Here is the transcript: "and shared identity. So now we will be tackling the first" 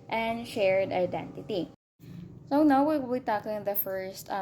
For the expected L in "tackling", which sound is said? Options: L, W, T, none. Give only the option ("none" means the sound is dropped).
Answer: none